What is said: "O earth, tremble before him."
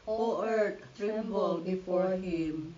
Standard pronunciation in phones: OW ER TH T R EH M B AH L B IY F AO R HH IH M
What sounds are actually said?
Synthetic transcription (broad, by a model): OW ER T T R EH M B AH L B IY F AO R HH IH M